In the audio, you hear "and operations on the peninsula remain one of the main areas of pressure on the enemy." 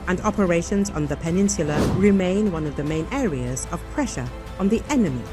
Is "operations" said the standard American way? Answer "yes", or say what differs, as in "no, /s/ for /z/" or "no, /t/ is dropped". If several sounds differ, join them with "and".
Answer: yes